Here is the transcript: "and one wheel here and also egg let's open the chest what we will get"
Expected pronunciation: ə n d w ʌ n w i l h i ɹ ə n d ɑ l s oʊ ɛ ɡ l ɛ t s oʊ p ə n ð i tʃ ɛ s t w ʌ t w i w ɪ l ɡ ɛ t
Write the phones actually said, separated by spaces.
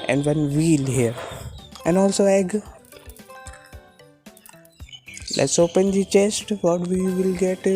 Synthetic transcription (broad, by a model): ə n d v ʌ n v i l h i ɹ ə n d ɑ l s oʊ ɛ ɡ l ɛ t s oʊ p ə n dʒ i tʃ ɛ s t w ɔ t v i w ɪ l ɡ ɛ t